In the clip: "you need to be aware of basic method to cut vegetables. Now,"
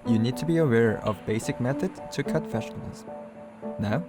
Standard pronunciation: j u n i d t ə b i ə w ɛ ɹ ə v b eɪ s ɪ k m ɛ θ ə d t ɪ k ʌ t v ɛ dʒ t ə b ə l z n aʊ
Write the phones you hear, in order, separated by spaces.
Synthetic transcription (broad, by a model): j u n i d t ə b i ə w ɛ ɹ ə v b eɪ s ɪ k m ɛ θ ə d t ɪ k ʌ t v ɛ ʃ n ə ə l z n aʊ